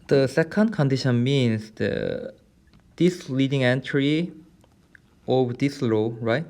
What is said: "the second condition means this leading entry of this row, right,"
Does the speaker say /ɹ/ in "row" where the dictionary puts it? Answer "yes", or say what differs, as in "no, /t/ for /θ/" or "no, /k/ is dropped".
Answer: no, /l/ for /ɹ/